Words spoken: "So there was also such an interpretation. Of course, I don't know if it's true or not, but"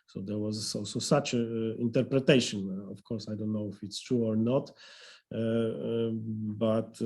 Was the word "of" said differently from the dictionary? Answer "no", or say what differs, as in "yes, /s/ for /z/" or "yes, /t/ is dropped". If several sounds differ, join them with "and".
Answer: yes, /f/ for /v/